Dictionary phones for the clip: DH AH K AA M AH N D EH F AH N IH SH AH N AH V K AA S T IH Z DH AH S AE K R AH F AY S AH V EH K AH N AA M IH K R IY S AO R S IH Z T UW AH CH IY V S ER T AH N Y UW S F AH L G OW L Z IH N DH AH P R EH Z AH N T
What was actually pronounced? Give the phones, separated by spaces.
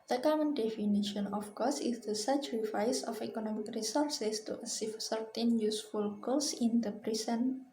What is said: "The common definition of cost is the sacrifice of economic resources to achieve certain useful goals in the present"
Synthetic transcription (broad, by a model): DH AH K AA M AH N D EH F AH N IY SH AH N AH F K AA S IH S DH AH S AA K R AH F AY S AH F EH K AH N AA M IH K R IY S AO R S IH S T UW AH S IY F S ER T AH N Y UW S F AH L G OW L S IH N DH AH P R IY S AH N